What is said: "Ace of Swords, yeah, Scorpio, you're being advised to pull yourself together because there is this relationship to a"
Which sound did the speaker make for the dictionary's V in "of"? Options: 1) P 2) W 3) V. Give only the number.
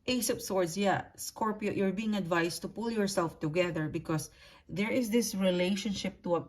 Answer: 1